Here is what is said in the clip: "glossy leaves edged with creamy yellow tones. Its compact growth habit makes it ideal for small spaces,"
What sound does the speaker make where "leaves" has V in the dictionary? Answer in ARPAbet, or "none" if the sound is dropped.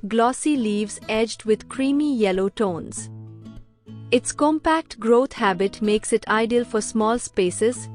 V